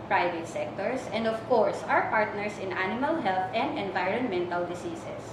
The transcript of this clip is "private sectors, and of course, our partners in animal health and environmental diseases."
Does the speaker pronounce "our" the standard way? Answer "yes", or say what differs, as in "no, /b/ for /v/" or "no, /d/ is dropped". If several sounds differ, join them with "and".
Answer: no, /w/ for /ɹ/